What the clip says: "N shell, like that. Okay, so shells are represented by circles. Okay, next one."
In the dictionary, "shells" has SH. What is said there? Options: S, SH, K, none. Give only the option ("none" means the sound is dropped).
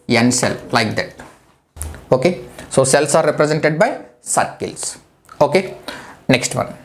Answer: S